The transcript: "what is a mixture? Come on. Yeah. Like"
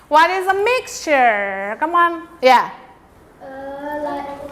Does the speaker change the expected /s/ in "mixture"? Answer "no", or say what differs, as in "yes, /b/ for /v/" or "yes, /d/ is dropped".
no